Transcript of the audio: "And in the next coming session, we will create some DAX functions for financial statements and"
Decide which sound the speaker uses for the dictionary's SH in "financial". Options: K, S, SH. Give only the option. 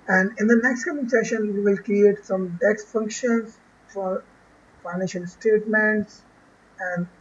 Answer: SH